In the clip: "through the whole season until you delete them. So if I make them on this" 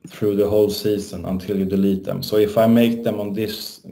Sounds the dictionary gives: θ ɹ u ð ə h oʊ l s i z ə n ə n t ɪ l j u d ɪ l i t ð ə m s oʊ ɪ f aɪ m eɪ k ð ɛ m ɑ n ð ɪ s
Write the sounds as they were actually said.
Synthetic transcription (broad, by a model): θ ɹ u ð ə h oʊ l s i s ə n ə n t ɪ l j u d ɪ l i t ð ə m s oʊ ɪ f aɪ m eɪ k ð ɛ m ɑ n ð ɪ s